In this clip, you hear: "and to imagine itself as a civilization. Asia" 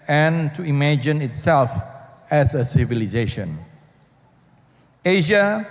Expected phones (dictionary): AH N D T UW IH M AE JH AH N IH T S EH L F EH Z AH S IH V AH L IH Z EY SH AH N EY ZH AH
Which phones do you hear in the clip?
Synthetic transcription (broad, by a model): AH N T UW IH M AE JH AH N IH T S EH L F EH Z AH S IH V AH L IH Z EY SH AH N EY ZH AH